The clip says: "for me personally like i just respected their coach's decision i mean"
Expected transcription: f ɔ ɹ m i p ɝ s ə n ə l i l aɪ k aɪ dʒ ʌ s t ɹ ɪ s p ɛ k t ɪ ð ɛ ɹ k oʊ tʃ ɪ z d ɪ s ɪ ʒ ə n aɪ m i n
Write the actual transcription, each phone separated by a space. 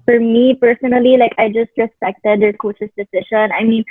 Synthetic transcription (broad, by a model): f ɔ ɹ m i p ɝ s ə n ə l i l aɪ k aɪ dʒ ʌ s t ɹ ɪ s p ɛ k t ɪ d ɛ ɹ k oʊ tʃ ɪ s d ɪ s ɪ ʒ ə n aɪ m i n